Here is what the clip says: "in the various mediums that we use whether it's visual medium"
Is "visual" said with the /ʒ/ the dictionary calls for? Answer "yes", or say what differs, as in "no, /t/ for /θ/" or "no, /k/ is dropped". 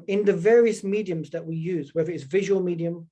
yes